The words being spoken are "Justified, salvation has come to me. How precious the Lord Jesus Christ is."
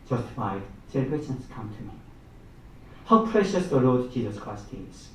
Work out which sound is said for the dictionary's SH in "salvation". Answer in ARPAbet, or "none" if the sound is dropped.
S